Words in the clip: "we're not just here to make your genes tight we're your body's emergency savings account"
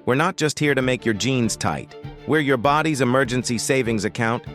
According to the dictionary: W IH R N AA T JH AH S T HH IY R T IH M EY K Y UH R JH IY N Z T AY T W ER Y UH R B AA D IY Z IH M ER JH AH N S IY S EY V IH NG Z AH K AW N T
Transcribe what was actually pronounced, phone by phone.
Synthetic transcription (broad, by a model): W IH R N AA T JH AH S T HH IY R T IH M EY K Y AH R JH IY N Z T AY T W ER Y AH R B AA D IY Z IH M ER JH AH N S IY S EY V IH NG Z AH K AW N T